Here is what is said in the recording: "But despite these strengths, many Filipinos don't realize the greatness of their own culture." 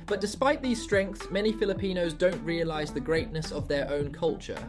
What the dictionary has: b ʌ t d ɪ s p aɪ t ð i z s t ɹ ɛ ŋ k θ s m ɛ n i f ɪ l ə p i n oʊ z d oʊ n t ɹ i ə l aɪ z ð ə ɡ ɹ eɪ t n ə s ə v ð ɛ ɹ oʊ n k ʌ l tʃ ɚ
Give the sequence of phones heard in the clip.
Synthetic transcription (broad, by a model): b ʌ t d ɪ s p aɪ t ð i z s t ɹ ɛ ŋ k θ s m ɛ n i f ɪ l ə p i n oʊ z d oʊ n t ɹ i ə l aɪ z ð ə ɡ ɹ eɪ t n ə s ə v ð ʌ ɹ oʊ n k ʌ l tʃ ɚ